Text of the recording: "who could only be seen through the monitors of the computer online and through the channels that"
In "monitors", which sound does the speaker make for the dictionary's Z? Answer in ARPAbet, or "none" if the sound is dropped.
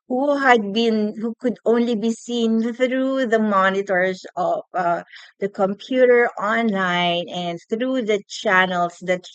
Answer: S